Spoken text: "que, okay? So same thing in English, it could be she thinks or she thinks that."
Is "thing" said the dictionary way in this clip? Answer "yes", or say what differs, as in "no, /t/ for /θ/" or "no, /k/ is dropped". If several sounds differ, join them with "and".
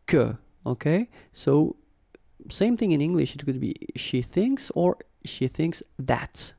yes